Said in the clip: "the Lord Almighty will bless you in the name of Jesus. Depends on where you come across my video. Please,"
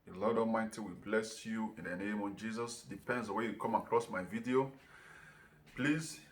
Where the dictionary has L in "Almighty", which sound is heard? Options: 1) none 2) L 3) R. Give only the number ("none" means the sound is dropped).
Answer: 1